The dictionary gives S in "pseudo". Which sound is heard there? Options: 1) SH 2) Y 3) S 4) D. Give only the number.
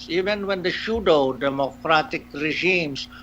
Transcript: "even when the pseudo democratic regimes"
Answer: 1